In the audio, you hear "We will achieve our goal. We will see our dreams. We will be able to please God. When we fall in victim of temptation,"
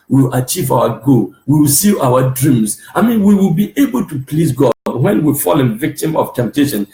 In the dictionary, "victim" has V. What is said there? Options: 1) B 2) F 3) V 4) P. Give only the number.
3